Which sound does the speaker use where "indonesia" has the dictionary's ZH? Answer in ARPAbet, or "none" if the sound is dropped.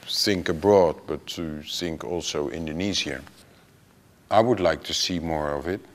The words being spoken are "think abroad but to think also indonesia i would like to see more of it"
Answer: Z